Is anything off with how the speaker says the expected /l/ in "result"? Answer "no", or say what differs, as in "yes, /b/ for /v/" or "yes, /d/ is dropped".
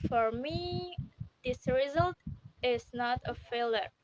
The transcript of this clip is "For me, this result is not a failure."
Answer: no